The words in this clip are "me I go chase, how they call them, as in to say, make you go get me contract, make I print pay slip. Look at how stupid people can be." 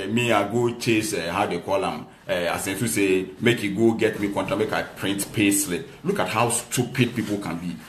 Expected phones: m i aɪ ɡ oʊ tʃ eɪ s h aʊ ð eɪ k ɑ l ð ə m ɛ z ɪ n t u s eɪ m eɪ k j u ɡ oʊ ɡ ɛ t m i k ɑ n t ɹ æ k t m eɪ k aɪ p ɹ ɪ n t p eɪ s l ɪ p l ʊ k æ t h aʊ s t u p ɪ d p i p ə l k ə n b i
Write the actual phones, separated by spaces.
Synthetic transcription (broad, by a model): m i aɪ ɡ oʊ tʃ eɪ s h aʊ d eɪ k ɑ l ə m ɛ s ɪ n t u s eɪ m eɪ k j u ɡ oʊ ɡ ɛ t m i k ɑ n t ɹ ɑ m eɪ k aɪ p ɹ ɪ n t p eɪ s l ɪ l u k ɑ t h aʊ s t u p ɪ d p i p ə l k ə n b i